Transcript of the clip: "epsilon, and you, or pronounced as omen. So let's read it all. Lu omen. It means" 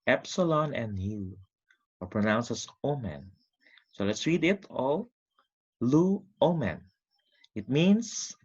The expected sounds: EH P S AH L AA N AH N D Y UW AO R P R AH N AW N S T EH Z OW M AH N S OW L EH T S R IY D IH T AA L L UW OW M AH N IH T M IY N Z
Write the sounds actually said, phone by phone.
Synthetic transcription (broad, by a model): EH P S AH L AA N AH N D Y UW AO R P R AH N AW N S EH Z OW M AH N S OW L EH T S R IY D IH T AA L L UW OW M AH N IH T M IY N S